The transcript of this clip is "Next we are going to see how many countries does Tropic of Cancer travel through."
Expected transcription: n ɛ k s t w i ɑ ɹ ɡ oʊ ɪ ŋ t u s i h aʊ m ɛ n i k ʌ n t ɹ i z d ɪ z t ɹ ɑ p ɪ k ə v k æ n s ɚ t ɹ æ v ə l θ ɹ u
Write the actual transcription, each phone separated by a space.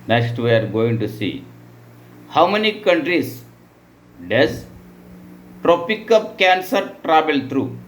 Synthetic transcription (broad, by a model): n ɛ k s t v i ɑ ɹ ɡ oʊ ɪ ŋ t u s i h aʊ m ɛ n i k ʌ n t ɹ i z d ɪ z t ɹ ɑ p ɪ k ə p k æ n s ɚ t ɹ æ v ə l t ɹ u